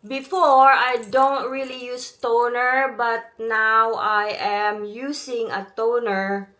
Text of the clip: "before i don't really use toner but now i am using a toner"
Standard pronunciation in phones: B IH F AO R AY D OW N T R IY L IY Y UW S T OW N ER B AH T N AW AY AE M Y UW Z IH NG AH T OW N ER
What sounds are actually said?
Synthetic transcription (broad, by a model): B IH F AO R AY D OW N T R IY L IY Y UW S T OW N ER B AH T N AW AY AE M Y UW S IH NG AH T OW N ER